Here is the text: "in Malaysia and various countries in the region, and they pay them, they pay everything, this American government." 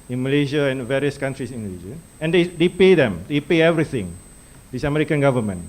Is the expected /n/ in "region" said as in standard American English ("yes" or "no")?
no